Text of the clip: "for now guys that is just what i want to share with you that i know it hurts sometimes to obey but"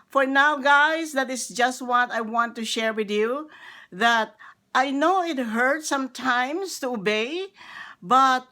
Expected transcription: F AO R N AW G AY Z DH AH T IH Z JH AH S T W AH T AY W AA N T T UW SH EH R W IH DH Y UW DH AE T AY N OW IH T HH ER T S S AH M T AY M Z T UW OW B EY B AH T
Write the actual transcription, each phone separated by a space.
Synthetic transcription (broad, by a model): F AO R N AW G AY S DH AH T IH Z JH AH S T W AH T AY W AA N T T UW SH EH R W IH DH Y UW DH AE T AY N OW IH T HH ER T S S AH M T AY M S T UW OW B EY B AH T